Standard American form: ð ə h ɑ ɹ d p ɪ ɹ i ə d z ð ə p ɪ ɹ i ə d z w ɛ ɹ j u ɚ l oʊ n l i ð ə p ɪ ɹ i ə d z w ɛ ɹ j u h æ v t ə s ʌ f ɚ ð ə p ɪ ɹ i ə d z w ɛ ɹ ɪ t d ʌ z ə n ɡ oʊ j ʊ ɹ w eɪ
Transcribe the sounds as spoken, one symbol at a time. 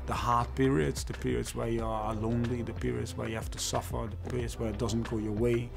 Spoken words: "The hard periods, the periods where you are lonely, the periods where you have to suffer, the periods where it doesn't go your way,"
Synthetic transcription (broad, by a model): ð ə h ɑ ɹ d p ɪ ɹ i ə d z ð ə p ɪ ɹ i ə d z w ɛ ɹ j u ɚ l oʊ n l i ð ə p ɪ ɹ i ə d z w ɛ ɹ j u h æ f t ə s ʌ f ɚ ð ə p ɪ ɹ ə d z w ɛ ɹ ɪ t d ʌ z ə n ɡ oʊ j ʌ ɹ w eɪ